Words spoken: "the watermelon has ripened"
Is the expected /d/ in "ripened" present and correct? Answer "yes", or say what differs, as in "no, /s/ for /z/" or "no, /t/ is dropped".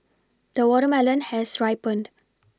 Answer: yes